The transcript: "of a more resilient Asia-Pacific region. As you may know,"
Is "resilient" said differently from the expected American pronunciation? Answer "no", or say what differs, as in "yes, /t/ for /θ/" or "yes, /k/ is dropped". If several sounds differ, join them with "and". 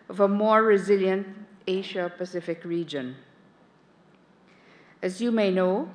no